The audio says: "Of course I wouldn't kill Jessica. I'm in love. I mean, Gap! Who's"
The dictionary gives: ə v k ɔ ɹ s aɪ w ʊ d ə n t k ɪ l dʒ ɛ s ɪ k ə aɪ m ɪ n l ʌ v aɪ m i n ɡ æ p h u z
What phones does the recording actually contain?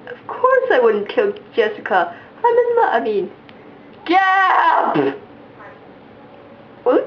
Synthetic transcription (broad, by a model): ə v k ɔ ɹ s aɪ w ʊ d n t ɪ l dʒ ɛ s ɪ k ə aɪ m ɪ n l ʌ aɪ m i n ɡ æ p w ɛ